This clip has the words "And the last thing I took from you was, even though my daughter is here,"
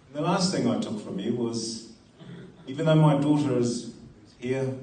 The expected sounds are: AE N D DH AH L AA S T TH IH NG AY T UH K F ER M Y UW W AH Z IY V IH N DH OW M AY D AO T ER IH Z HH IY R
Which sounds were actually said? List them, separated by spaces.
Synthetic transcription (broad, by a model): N DH AH L AA S T TH IH NG AY T UH K F ER M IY W AH Z IY V IH N DH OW M AY D AO T ER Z HH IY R